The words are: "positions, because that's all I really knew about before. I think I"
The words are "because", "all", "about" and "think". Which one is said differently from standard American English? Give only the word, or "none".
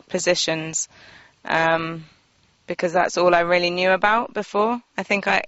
none